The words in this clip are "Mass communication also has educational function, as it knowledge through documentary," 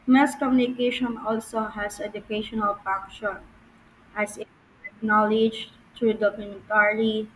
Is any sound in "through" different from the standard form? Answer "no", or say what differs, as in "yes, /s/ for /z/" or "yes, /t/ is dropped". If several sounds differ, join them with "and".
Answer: yes, /t/ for /θ/